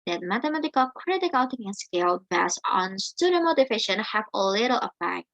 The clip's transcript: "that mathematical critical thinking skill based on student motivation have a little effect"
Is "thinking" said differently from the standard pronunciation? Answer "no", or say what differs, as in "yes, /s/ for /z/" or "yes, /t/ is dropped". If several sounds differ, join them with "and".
yes, /t/ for /θ/ and /k/ is dropped